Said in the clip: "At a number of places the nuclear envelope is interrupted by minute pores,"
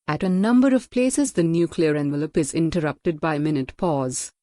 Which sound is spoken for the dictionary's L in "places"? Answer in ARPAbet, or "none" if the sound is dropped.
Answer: L